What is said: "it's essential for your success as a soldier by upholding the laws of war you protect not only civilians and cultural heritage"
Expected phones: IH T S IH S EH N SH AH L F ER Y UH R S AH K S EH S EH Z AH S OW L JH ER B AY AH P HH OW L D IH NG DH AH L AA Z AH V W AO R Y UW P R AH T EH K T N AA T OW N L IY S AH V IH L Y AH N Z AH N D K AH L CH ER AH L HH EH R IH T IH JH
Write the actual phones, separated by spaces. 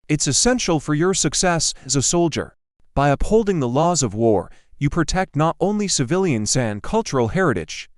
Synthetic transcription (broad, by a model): IH T S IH S EH N SH L F ER Y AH R S AH K S EH S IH Z AH S OW L JH ER B AY AH P HH OW L D IH NG DH AH L AA Z AH V W AO R Y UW P R AH T EH K T N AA T OW N L IY S AH V IH L Y AH N Z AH N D K AH L CH ER L HH EH R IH T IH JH